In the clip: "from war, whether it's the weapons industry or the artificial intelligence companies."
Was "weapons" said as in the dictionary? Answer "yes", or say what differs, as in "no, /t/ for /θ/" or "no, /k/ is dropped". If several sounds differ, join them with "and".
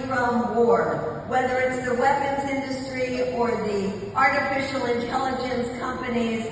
yes